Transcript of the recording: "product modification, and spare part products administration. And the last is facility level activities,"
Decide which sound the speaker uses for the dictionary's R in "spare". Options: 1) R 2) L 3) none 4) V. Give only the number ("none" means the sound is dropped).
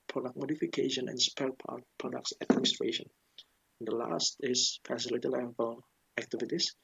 2